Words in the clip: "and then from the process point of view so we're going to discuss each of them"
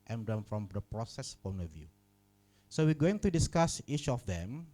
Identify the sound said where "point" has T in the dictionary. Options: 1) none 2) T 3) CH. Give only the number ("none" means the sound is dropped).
1